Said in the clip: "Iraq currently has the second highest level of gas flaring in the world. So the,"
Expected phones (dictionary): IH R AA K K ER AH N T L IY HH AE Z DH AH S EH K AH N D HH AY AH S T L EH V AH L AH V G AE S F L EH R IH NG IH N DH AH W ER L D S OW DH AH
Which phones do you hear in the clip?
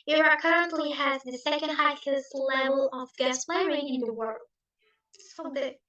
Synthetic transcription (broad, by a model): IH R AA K K ER AH N T L IY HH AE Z DH AH S EH K AH N D HH AY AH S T L EH V AH L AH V G AE S P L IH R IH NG IH N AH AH W ER L D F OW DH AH